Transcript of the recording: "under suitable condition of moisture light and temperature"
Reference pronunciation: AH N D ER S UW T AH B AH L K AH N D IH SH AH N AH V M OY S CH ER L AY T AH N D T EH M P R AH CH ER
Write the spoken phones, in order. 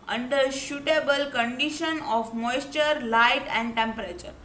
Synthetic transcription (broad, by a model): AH N D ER SH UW T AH B AH L K AH N D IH SH AH N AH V M OY S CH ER L AY T AH N D T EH M P R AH CH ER